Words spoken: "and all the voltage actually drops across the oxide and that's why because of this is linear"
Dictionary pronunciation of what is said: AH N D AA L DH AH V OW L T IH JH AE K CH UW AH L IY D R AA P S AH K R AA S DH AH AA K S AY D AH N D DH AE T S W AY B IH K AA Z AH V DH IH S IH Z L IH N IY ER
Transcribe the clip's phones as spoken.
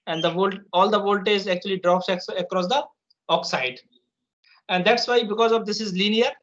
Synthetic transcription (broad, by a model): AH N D AA L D AH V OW L T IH Z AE K CH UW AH L IY D R AA P S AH K R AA S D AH AA K S AY D AH N D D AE T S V AY B IH K AA Z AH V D IH S IH Z L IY N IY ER